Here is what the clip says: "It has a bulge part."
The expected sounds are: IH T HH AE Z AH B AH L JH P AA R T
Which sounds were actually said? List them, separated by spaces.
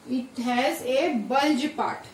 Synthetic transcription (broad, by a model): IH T HH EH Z AH B AH L JH P AA T